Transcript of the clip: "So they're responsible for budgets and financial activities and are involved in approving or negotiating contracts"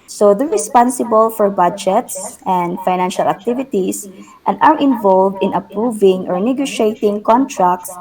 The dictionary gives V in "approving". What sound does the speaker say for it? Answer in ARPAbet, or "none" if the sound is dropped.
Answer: V